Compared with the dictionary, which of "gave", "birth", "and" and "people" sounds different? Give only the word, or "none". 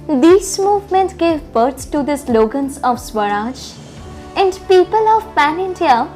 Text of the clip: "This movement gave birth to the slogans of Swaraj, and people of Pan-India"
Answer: birth